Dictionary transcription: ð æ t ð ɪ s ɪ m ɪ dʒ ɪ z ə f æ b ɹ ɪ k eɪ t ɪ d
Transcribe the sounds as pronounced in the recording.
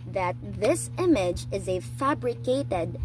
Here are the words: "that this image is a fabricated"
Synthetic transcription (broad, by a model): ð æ t ð ɪ s ɪ m ɪ dʒ ɪ z ə f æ b ɹ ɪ k eɪ t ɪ d